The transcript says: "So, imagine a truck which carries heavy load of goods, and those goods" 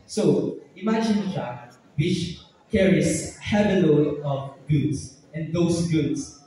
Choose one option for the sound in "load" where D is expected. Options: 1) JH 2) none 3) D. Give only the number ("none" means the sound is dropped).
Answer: 2